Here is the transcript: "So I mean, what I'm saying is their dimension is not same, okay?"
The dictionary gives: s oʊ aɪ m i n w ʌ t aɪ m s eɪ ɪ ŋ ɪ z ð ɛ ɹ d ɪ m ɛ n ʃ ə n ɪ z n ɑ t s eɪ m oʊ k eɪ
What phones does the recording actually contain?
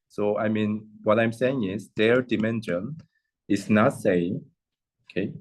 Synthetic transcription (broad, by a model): s oʊ aɪ m i n w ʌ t aɪ m s eɪ ɪ ŋ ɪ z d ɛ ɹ d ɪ m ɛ n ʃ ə n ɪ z n ɑ t s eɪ oʊ k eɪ